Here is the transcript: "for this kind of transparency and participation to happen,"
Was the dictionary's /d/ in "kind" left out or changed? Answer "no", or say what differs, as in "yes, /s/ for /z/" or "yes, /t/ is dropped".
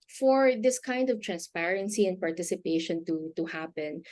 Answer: no